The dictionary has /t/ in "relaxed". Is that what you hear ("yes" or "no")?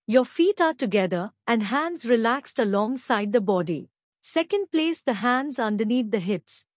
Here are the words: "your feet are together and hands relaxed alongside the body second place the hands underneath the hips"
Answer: yes